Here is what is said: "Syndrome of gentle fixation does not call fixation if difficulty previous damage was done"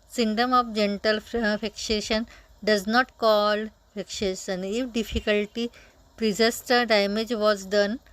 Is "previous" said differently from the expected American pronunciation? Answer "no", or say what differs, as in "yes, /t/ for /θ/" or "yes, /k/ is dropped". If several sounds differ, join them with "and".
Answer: yes, /s/ is dropped